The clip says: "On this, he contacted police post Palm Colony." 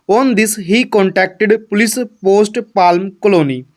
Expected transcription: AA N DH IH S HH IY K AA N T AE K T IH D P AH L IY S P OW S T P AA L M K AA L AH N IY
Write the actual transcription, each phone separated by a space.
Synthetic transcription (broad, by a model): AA N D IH S HH IY K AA N T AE K T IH D P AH L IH S P OW S T P AA L M K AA L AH N IY